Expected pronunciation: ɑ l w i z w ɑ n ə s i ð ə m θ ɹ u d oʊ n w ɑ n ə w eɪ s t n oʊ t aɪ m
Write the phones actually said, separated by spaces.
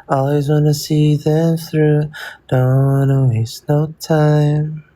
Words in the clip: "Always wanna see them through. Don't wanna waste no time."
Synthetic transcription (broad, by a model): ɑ l w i z w ɑ n ə s i ð ə m θ ɹ u d oʊ n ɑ ə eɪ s n oʊ t aɪ m